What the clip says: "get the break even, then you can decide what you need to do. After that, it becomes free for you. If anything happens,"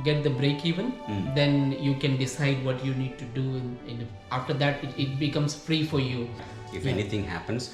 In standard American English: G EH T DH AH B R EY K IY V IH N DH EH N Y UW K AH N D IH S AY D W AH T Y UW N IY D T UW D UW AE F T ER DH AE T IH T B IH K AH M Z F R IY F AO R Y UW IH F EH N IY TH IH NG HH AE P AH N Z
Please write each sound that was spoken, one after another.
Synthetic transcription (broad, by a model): G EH T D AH B R EY K IY V IH N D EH N Y UW K AH N D IH S AY D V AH T Y UW N IY D T UW D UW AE F T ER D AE T IH T B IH K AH M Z F R IY F AO R Y UW IH F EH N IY T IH NG HH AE P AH N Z